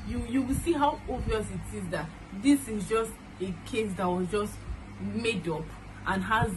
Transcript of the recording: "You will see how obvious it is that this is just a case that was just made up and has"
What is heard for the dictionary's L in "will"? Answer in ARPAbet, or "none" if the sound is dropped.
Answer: W